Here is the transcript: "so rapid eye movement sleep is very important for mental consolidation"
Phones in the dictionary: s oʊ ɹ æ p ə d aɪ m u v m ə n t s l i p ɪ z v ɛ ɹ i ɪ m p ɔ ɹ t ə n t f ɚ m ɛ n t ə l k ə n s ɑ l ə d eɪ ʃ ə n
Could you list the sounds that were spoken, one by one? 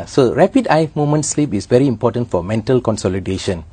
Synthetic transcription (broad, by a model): s oʊ ɹ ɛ p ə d aɪ m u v m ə n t s l i p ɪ s v ɛ ɹ i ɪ m p ɔ t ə n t f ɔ m ɛ n t ə l k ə n s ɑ l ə d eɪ ʃ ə n